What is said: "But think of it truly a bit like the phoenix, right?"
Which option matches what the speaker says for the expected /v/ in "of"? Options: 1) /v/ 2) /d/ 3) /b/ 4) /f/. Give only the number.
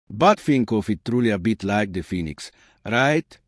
4